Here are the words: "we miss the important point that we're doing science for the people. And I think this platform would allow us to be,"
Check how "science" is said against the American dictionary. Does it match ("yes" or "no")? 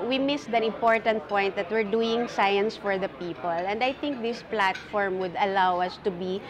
yes